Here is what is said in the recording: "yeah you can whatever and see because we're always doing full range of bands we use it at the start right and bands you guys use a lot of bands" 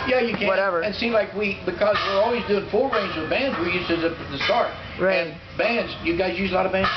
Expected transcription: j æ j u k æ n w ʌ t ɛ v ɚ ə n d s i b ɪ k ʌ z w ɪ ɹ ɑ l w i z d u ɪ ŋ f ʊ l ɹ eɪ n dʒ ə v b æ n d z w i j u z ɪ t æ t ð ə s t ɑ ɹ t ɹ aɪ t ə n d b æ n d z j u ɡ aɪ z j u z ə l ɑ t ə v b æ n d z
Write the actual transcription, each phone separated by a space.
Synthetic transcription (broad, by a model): j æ j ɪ k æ w ʌ t ɛ v ɚ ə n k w i b ɪ k ʌ z w ɪ ɹ ɑ l w i z d u ɪ ŋ f ʊ l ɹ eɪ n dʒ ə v b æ n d z w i j u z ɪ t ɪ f ð ə s t ɑ ɹ t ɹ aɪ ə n b æ n d z j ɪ ɡ aɪ z j u z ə l ɑ t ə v b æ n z